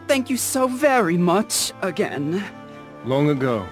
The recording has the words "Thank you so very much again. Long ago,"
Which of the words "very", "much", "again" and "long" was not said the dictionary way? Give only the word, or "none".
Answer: none